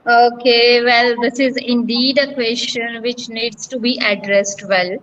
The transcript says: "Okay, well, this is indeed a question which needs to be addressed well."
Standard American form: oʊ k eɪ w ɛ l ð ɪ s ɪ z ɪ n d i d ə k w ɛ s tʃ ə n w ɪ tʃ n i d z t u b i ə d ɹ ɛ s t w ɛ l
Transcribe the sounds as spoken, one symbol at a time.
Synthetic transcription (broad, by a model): oʊ k eɪ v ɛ l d ɪ s ɪ z ɪ n d i d ə k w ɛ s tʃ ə n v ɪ tʃ n i d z t u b i ə d ɹ ɛ s t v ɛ l